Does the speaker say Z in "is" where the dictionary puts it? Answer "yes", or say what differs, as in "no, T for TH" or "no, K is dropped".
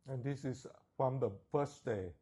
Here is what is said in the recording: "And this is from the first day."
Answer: no, S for Z